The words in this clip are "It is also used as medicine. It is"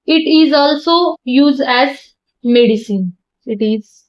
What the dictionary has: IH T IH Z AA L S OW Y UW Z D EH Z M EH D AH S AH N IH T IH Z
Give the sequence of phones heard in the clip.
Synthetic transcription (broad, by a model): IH T IH Z AA L S OW Y UW Z D EH Z M EH D AH S AH N IH T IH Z